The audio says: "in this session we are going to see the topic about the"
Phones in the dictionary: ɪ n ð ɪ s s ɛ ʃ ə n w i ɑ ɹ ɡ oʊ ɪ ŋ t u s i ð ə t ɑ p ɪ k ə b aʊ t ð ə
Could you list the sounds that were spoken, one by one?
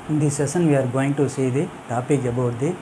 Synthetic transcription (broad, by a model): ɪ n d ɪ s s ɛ s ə n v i ɑ ɹ ɡ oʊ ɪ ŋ t u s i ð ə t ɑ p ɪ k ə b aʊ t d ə